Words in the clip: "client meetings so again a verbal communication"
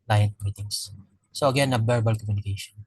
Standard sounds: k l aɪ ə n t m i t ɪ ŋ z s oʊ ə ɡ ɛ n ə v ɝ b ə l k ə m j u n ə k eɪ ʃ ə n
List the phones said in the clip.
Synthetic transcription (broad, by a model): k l aɪ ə n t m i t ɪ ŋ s s oʊ ə ɡ ɛ n ə b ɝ b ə l k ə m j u n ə k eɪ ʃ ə n